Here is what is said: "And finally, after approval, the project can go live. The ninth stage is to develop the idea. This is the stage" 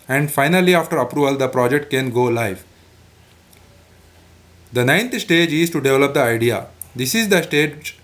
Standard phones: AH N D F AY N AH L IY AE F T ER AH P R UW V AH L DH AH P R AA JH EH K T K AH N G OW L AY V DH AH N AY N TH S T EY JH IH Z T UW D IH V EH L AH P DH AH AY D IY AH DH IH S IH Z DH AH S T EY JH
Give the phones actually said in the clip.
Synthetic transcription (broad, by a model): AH N D F AY N AH L IY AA F T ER AH P R UW V AH L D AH P R AA JH EH K T K AH N G OW L AY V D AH N AY N T S T EY JH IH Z T UW D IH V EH L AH P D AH AY D IY AH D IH S IH Z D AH S T EY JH